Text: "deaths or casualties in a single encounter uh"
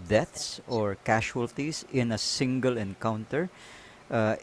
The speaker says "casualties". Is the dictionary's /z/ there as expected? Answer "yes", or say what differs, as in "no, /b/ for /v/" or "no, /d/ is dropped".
no, /s/ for /z/